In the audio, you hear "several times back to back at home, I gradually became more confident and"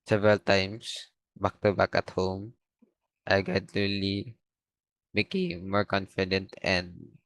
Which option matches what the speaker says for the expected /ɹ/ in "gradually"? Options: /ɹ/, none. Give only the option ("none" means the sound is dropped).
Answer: none